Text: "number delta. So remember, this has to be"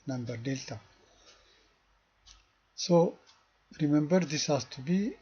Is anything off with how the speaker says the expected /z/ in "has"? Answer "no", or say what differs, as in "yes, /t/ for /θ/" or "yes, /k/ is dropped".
yes, /s/ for /z/